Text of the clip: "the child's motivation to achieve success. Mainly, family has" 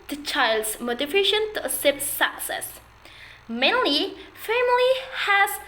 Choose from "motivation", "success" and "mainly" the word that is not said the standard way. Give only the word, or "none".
motivation